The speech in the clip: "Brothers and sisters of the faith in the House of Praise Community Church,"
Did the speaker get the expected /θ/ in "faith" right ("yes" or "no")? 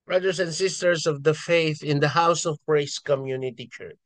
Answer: yes